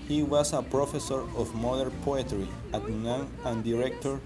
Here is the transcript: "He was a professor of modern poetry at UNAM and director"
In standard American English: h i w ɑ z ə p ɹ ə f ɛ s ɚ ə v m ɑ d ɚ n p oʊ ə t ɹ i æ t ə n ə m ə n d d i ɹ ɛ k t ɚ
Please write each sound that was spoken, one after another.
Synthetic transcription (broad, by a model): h i w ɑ s ə p ɹ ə f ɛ s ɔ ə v m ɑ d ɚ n p oʊ ə t ɹ i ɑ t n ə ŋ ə n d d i ɹ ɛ k t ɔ